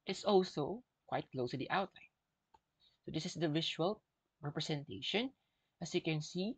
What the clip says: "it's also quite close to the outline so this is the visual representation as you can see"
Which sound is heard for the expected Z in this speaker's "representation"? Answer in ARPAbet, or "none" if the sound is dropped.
S